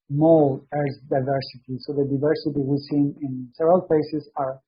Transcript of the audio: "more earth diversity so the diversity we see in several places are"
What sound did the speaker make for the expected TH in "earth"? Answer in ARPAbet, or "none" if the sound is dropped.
S